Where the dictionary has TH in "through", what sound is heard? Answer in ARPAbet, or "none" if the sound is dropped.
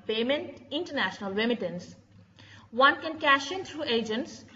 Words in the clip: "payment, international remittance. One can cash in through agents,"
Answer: T